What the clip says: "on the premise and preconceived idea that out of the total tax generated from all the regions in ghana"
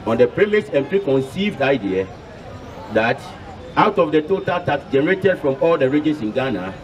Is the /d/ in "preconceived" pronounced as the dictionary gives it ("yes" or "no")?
yes